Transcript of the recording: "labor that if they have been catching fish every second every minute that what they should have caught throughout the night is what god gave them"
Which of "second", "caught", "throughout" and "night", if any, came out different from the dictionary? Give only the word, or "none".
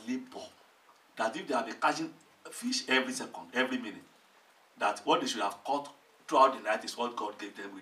throughout